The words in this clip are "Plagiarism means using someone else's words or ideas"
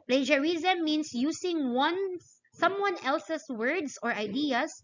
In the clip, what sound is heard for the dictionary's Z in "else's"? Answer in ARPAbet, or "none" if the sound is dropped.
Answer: S